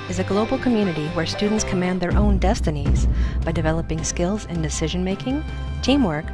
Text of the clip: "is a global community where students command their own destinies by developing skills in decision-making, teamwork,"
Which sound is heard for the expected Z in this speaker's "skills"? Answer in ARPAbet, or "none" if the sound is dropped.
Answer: Z